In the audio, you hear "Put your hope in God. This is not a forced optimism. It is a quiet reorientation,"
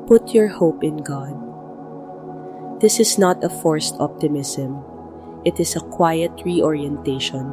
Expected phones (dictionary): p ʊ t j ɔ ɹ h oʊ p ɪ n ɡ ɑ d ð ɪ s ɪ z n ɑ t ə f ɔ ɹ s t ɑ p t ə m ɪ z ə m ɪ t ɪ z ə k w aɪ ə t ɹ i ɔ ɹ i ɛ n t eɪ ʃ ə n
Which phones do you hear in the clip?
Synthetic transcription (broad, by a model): p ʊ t j ɔ ɹ h oʊ p ɪ n ɡ ɑ d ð ɪ s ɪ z n ɑ t ə f ɔ ɹ s t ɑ p t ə m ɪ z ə m ɪ t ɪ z ə k w aɪ ə t ɹ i ɔ ɹ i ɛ n t eɪ ʃ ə n